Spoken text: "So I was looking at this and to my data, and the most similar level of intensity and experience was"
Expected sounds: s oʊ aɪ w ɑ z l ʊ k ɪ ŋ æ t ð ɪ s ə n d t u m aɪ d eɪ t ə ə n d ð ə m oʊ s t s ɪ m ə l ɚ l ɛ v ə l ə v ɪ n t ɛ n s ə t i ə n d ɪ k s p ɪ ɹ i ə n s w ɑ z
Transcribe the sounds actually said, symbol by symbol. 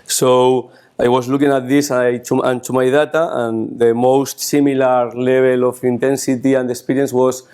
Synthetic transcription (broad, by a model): s oʊ aɪ w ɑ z l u k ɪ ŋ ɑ t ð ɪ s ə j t t u m aɪ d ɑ t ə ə n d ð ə m oʊ s t s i m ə l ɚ l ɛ b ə l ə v ɪ n t ɛ n s ə t i ə n d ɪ k s p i ɹ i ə n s w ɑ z